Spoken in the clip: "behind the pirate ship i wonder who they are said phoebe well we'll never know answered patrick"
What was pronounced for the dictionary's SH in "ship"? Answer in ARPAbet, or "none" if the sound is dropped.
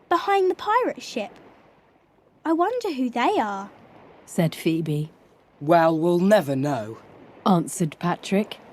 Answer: SH